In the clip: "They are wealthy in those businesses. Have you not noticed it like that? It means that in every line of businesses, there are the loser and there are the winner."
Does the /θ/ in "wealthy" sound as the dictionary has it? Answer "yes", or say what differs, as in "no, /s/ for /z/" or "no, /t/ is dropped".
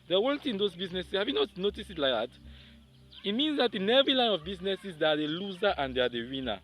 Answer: no, /t/ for /θ/